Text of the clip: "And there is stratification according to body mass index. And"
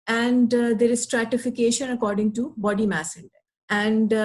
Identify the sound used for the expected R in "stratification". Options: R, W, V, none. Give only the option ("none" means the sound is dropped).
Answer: R